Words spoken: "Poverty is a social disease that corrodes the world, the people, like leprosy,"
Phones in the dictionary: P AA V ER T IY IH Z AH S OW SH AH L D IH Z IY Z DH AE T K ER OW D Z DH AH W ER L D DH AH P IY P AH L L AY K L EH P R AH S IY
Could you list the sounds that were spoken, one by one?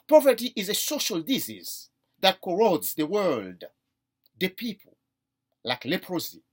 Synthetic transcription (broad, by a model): P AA V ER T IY IH Z AH S OW SH AH L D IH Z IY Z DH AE T K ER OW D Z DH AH W ER L D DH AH P IY P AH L L AY K L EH P R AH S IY